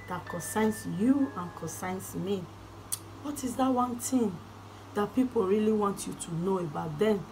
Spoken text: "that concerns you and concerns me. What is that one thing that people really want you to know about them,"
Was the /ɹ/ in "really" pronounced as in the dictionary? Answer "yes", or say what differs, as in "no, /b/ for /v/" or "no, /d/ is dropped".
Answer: yes